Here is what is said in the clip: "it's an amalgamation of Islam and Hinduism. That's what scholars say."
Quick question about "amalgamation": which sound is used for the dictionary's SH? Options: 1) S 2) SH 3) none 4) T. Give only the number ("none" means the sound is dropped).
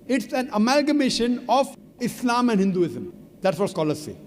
2